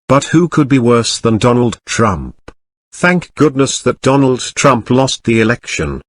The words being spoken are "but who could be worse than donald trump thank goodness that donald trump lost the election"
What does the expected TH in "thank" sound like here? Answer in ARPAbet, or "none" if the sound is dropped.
TH